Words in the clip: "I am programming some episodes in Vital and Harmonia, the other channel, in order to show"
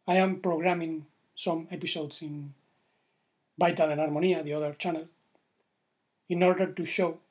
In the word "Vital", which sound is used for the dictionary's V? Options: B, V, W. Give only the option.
B